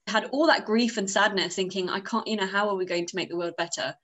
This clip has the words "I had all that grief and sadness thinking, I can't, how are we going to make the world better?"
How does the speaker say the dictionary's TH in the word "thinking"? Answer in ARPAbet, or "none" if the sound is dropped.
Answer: TH